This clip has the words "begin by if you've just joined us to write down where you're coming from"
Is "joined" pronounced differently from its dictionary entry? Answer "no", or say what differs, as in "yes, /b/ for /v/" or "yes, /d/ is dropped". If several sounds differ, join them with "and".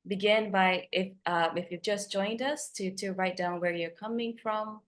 no